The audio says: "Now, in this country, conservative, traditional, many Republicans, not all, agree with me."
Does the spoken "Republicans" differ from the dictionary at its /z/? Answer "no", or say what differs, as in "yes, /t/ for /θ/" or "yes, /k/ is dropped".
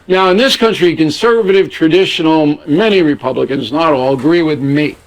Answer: no